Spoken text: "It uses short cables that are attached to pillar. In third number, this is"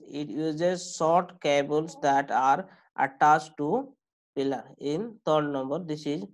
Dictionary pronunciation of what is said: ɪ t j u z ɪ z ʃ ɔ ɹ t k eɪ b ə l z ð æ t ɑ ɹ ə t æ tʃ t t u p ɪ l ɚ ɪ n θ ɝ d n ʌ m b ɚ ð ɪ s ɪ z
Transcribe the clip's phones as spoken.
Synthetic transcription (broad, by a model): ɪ t j u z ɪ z s ɔ t k eɪ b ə l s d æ t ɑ ɹ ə t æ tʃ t t u p ɪ l ɚ ɪ n t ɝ d n ʌ m b ɚ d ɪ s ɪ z